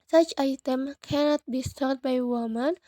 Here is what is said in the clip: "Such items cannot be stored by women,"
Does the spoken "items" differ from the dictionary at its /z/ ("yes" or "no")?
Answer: yes